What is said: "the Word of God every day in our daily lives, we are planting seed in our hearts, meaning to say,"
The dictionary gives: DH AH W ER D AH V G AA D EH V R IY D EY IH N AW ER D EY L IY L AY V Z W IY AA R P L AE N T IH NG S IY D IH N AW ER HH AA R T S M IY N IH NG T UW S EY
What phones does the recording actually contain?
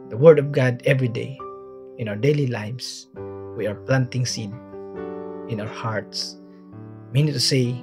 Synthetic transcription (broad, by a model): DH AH W ER D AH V G AA D EH V R IY D EY IH N AW ER D EY L IY L AY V S W IY AA R P L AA N T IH NG S IY D IH N AW ER HH AA R T S M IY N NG T UW S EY